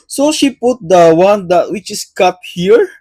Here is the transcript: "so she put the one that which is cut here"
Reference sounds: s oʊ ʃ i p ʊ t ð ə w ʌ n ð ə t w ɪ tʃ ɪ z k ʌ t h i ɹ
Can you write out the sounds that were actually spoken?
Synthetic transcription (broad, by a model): s oʊ ʃ i p ʊ t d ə w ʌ n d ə t w ɪ tʃ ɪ s k ʌ t h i ɹ